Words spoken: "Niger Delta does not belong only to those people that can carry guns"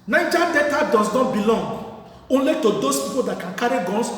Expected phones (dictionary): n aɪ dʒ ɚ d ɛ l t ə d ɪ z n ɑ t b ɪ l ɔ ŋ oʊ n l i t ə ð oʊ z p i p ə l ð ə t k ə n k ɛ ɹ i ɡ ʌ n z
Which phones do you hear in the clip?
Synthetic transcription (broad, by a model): n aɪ dʒ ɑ d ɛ t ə d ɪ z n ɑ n b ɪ l ɔ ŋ oʊ n l i t ə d oʊ s p i p ə l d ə t k ə n k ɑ ɹ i ɡ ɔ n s